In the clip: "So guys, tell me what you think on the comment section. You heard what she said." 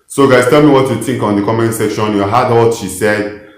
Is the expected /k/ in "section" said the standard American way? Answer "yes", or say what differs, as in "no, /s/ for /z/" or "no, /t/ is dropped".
yes